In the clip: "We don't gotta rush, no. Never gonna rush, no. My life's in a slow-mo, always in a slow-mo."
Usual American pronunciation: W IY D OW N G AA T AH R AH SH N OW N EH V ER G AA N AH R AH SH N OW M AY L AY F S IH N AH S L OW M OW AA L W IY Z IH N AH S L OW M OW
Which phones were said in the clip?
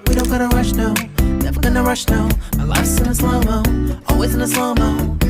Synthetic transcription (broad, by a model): W IY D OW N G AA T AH R AH SH N OW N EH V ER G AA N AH R AH SH N OW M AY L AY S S IH N AH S L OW M OW AA L W IY Z IH N AH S L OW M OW